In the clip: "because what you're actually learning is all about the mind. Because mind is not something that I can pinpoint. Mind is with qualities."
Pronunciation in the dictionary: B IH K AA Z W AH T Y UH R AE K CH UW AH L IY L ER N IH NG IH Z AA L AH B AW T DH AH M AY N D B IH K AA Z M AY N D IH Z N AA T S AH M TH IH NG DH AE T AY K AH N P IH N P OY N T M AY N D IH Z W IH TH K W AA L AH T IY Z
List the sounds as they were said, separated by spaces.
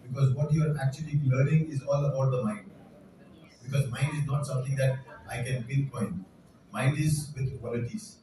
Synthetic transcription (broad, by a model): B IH K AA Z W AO T Y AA R AE K CH UW AH L IY L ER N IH NG IH Z AA L AH B AW T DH AH M AY N D B IH K AA Z M AY N D IH Z N AA T S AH M T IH NG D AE T AY K AH N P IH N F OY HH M M AY N D IH Z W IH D K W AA L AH T IY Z